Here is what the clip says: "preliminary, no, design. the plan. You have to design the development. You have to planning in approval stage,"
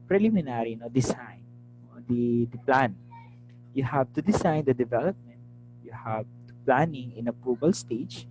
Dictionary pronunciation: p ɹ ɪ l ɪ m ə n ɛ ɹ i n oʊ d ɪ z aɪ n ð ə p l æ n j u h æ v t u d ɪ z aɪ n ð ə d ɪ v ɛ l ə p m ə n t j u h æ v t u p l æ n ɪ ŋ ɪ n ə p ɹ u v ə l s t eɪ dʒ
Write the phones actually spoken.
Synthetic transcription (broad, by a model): p ɹ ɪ l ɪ m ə n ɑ ɹ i n oʊ d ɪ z aɪ n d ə p l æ n j u h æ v t u d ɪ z aɪ n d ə d ɪ v ɛ l ə p m ə n t j u h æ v t u p l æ n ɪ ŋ ɪ n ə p u b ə l s t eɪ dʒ